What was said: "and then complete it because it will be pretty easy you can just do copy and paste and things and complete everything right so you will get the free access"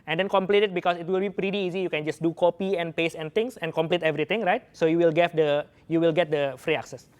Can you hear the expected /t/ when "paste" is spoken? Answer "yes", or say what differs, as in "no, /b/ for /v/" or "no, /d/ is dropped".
no, /t/ is dropped